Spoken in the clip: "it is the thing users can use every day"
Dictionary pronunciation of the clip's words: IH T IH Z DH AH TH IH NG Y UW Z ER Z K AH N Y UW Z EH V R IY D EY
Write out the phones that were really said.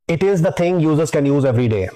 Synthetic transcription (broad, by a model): IH T IH Z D AH T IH NG Y UW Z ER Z K AH N Y UW Z EH V R IY D EY